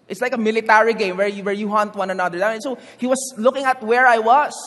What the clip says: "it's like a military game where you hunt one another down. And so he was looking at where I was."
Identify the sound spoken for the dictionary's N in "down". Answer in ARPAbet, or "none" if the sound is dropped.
none